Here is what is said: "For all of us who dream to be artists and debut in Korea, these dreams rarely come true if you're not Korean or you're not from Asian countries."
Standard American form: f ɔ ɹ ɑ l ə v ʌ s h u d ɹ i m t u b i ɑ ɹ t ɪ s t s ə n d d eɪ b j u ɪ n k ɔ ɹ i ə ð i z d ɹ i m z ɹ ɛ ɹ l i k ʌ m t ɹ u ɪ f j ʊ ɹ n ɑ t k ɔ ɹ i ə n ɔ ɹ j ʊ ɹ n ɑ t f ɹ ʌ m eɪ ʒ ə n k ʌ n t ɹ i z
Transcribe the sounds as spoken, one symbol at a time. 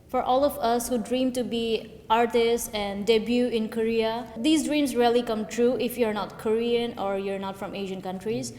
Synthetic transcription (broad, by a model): f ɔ ɹ ɑ l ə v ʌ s h u d ɹ i m t u b i ɑ ɹ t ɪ s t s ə n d d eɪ b j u ɪ n k ɔ ɹ i ə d i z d ɹ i m s ɹ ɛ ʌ l i k ʌ m t ɹ u ɪ f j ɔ ɹ n ɑ t k ɔ ɹ i ə n ɔ ɹ j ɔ ɹ n ɑ t f ɹ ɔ m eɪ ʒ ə n k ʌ n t ɹ i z